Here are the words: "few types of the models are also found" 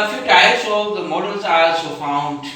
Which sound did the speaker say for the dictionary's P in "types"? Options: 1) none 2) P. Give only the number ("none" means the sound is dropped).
1